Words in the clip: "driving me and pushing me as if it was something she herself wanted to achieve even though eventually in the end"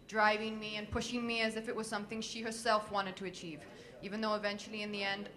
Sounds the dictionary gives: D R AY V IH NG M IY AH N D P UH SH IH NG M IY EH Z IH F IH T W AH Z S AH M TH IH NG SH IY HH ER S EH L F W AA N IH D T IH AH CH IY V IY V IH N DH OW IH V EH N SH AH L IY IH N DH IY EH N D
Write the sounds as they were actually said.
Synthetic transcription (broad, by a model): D R AY V IH NG M IY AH N P UH SH IH NG M IY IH Z IH F IH T W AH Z S AH M TH IH NG SH IY HH ER S EH L F W AA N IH D T IH AH CH IY V IY V IH N DH OW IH V EH N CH L IY IH N DH IY EH N D